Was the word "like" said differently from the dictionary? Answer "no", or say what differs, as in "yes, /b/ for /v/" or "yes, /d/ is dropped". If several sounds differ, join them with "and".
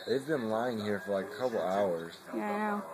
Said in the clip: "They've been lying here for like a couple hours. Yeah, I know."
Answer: yes, /k/ is dropped